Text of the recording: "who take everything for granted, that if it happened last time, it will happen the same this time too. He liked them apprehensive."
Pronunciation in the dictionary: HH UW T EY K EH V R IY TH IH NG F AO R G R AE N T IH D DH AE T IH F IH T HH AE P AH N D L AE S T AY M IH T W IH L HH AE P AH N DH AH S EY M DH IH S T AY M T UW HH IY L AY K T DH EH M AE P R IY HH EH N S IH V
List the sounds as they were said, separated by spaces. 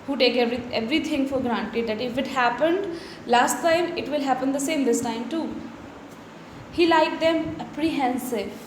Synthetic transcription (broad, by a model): HH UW T EY K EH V R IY T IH NG F AO R G R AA N T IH D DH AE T IH F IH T HH AE P AH N D L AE S T AY M IH T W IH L HH AE P AH N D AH S EY M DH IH S T AY M T UW HH IY L AY K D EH M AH P R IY HH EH N S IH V